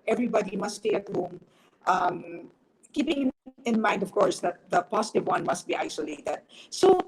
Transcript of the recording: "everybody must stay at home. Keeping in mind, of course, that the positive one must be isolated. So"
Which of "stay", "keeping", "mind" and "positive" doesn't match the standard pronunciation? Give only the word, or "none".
positive